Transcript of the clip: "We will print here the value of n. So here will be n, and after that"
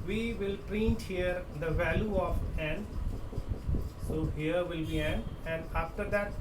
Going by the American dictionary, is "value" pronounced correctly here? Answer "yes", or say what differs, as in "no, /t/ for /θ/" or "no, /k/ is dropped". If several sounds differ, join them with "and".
yes